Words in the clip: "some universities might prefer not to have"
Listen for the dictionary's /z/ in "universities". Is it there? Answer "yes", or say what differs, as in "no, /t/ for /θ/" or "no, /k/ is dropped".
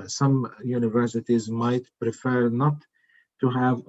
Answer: yes